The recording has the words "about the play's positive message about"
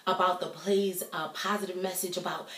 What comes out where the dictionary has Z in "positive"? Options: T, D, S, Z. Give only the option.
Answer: Z